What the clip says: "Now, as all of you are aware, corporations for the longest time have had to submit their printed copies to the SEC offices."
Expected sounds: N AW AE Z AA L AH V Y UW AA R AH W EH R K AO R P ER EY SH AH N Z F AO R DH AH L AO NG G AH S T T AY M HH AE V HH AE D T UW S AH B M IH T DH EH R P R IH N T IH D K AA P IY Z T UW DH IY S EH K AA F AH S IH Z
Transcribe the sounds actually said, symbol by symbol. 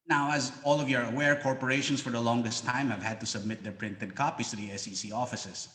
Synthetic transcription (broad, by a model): N AW AE Z AA L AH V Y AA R AH W EH R K AO R P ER EY SH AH N S F AO R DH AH L AO NG G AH S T T AY M HH AE V HH AE D T UW S AH B M IH T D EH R P R IH N T IH D K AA P IY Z T UW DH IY S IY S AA F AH S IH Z